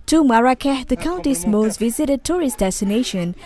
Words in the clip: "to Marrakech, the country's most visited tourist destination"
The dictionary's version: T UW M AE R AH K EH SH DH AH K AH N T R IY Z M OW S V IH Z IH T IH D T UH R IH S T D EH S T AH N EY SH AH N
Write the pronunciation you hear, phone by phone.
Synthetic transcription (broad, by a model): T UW M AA R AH K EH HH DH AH K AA N T IY S M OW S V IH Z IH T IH D T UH R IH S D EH S T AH N EY SH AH N